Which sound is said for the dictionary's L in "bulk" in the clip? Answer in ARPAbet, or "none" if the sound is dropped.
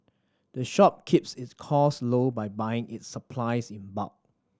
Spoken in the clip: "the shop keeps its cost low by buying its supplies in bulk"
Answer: none